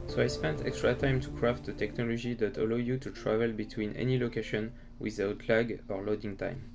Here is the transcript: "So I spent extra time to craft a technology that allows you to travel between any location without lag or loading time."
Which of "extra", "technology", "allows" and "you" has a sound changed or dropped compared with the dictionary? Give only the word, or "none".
allows